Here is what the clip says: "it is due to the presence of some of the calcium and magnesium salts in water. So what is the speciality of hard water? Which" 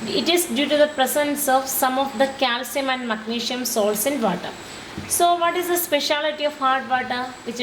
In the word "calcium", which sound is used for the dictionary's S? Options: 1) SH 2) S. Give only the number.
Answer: 2